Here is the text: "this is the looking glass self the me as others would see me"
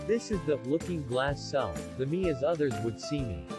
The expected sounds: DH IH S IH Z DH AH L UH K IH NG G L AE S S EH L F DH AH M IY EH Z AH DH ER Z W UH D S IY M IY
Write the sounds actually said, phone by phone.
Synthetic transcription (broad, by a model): DH IH S IH Z DH AH L UH K IH NG G L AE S S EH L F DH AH M IY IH Z AH DH ER Z W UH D S IY M IY